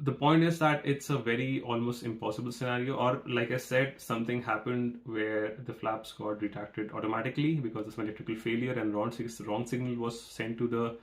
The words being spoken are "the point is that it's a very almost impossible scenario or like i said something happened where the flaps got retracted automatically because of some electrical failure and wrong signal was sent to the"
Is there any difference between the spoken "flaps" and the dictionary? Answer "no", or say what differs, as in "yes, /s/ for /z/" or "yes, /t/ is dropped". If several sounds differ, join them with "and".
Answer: no